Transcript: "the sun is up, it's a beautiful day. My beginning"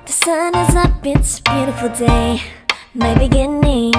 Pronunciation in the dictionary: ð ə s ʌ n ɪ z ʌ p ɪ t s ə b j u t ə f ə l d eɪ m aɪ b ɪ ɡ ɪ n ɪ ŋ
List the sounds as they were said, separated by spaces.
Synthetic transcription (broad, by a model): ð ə s ʌ n ɪ z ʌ b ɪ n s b j u t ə f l d eɪ m aɪ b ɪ ɡ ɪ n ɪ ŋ